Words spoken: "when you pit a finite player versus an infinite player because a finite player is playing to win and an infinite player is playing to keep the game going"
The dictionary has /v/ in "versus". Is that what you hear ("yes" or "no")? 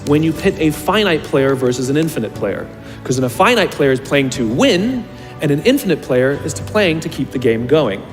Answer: yes